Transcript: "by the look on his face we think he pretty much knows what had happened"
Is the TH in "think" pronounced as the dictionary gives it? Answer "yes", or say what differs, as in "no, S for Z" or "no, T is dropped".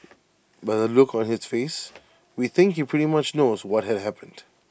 yes